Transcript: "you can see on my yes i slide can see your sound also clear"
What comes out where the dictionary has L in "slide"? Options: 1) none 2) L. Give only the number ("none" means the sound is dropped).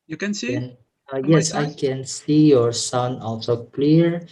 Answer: 1